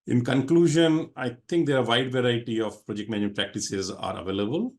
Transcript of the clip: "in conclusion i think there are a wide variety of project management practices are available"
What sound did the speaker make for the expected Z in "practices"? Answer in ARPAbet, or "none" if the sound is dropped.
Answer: Z